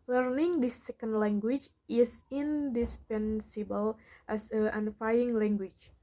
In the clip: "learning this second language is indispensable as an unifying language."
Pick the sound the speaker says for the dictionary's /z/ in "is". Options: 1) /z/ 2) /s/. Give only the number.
2